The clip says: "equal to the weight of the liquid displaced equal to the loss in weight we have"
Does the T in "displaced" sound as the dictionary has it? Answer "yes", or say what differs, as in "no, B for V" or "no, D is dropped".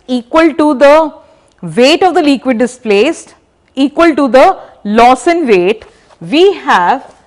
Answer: yes